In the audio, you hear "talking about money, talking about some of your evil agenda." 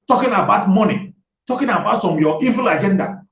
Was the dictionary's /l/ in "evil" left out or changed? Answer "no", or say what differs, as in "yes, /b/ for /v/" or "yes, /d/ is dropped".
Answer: no